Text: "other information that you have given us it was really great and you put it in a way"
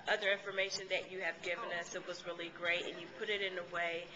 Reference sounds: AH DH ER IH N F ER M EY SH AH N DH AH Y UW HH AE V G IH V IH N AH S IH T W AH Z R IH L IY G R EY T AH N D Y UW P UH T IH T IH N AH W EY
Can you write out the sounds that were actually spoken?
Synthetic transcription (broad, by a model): AH DH ER IH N F ER M EY SH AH N DH AH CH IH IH V G IH V IH N AH S IH T W AH Z R IH L IY G R EY T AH N Y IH P UH T IH T IH N AH W EY